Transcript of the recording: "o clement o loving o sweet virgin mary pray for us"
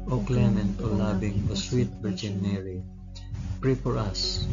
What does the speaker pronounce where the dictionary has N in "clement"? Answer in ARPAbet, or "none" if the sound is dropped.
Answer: N